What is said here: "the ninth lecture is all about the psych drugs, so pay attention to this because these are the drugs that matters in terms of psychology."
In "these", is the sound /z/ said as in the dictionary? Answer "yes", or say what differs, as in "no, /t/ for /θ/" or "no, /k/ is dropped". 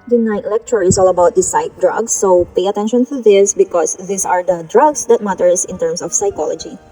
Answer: no, /s/ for /z/